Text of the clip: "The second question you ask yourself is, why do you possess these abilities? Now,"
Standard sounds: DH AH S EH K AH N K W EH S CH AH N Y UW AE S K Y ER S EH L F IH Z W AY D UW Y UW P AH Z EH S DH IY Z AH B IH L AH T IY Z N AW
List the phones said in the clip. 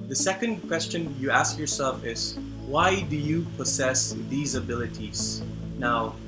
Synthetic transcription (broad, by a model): DH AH S EH K AH N K W EH S CH AH N Y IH AE S K Y ER S EH L F IH Z W AY D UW Y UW P AH Z EH S DH IY Z AH B IH L AH T IY Z N AW